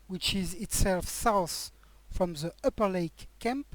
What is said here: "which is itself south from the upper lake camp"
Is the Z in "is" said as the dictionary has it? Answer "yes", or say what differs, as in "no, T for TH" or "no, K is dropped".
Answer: yes